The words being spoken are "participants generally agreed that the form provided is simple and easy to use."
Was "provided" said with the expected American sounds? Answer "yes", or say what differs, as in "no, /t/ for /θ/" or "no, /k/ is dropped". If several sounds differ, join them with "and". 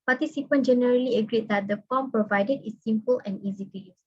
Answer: yes